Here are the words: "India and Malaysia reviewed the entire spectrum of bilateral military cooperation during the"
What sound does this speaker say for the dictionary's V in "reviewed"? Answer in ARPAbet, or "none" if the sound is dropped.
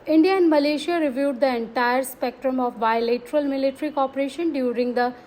V